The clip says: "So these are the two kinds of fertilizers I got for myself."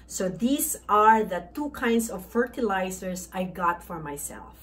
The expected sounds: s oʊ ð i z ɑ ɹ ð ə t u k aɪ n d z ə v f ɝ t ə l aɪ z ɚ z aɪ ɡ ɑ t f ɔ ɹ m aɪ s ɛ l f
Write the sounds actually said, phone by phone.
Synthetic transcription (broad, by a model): s oʊ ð i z ɑ ɹ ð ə t u k aɪ n d s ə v f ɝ t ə l aɪ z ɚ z aɪ ɡ ɑ t f ɔ ɹ m aɪ s ɛ l f